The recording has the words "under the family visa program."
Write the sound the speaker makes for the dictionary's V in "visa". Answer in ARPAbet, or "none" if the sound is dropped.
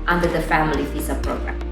P